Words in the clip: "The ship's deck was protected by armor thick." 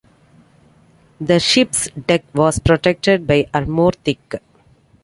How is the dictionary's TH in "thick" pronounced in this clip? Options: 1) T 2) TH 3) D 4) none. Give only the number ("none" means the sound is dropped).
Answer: 1